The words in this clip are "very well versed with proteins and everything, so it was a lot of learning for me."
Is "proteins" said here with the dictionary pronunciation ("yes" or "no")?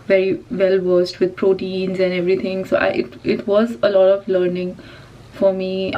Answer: yes